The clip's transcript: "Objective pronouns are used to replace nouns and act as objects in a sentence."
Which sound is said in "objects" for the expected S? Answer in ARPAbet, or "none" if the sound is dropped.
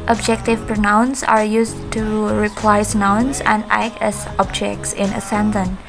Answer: S